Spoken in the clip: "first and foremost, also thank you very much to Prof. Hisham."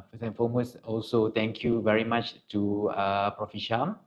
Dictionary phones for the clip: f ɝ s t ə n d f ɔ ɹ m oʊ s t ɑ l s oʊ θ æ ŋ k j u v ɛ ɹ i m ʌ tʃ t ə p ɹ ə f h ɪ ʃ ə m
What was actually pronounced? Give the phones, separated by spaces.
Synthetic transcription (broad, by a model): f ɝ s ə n f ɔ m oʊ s ɑ l s oʊ t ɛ ŋ k j u v ɛ ɹ i m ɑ tʃ t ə p ɹ ə f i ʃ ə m